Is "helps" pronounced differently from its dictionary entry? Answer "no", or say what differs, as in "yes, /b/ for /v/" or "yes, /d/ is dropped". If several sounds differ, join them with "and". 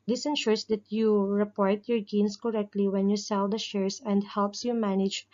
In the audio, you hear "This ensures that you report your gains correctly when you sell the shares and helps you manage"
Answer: no